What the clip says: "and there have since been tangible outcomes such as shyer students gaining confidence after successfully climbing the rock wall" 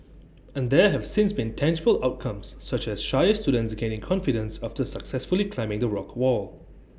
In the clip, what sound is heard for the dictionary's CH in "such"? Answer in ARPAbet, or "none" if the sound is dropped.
CH